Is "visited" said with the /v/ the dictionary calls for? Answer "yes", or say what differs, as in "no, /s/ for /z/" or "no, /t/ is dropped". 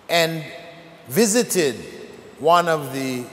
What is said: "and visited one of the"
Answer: yes